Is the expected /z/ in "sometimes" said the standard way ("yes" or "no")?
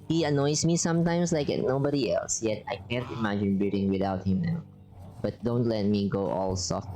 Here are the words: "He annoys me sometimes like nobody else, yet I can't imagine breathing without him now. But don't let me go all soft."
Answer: no